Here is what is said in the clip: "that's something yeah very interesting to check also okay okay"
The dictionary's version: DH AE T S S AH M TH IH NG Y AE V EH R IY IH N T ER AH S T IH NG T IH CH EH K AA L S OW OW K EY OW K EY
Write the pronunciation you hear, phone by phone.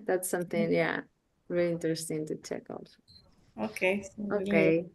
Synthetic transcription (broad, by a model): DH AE T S S AH M TH IH NG Y AE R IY L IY IH N T ER AH S T IH NG T IH CH EH K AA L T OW OW K EY OW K EY